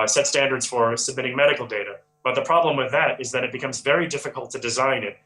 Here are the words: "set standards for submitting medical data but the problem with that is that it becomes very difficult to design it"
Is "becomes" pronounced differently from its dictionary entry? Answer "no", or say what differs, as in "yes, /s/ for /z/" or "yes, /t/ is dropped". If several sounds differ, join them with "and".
no